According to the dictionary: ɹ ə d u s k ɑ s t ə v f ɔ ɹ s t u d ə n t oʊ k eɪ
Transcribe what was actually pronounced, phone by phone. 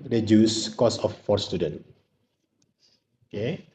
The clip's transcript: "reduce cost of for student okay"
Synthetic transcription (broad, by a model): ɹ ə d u s k ɑ s ə f ɔ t s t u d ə n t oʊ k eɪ